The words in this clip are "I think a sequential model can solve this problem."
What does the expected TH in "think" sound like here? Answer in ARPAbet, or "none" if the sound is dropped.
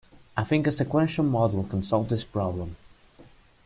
TH